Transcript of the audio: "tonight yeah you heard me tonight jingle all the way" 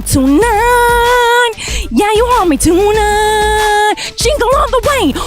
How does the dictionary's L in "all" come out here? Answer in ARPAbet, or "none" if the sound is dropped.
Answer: N